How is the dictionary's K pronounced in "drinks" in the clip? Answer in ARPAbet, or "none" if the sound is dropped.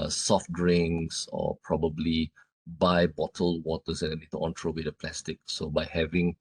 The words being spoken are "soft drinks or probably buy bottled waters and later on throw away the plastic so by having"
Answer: none